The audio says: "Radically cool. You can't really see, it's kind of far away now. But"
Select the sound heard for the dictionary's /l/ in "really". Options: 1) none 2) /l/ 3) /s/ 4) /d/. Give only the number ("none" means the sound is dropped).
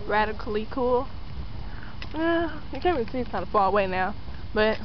1